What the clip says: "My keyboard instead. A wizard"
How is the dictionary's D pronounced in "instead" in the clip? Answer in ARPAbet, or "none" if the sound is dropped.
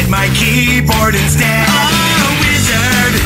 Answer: none